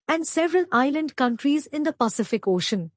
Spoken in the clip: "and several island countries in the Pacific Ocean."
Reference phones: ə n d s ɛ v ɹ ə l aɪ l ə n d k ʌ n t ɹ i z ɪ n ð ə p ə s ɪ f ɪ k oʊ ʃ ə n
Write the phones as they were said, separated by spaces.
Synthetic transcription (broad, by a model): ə n d s ɛ v ɹ ə l aɪ l ə n d k ʌ n t ɹ i z ɪ n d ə p ə s ɪ f ɪ k oʊ ʃ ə n